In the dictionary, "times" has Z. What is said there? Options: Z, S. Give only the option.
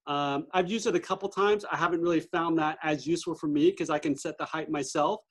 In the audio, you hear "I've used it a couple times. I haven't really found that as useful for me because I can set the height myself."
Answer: Z